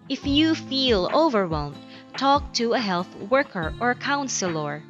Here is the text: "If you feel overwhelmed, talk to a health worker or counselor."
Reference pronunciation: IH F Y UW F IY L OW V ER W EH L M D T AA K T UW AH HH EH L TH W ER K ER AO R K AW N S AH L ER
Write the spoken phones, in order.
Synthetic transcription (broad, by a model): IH F Y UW F IY L OW V ER W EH L M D T AA K T UW AH HH EH L TH W ER K ER AO R K AW N S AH L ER